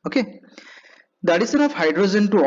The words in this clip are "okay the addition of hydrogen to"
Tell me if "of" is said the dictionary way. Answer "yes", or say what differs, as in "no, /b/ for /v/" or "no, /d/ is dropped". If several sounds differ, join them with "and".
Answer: no, /p/ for /v/